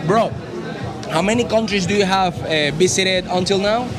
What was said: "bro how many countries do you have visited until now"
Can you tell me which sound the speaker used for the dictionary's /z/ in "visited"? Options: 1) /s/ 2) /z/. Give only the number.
1